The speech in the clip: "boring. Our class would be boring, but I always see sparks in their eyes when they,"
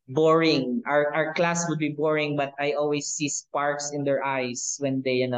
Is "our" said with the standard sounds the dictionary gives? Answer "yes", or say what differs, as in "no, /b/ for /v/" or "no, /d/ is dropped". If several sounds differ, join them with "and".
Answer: yes